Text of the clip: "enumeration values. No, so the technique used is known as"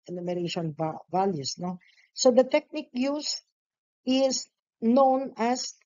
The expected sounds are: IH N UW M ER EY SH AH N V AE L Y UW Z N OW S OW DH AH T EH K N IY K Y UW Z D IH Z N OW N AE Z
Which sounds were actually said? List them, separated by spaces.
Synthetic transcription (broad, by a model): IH N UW M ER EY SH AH N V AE L Y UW S N OW S OW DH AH T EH K N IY K Y UW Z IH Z N OW N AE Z